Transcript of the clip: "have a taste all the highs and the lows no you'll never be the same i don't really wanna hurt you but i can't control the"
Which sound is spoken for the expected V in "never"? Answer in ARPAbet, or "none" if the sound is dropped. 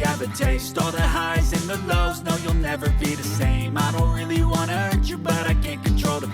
V